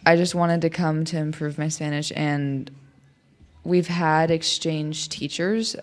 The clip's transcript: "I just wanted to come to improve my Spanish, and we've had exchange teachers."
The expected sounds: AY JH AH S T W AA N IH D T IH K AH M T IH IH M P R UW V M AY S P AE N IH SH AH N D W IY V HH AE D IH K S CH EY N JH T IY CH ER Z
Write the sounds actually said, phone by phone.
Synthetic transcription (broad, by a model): AY JH AH S T W AA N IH D T IH K AH M T IH IH M P R UW V M AY S P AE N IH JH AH N W IY V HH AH D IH K S CH EY N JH T IY CH ER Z